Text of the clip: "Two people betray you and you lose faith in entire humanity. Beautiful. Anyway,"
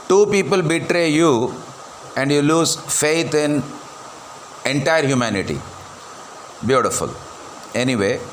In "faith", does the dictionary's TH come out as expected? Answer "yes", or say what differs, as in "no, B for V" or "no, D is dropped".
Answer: no, T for TH